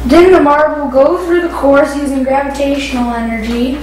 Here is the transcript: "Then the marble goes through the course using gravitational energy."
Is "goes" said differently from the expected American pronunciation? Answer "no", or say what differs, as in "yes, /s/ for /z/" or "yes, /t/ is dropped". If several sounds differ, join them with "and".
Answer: yes, /z/ is dropped